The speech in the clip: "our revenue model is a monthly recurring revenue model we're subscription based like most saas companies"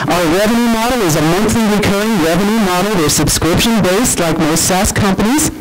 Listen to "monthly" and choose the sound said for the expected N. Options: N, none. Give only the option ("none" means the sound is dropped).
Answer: N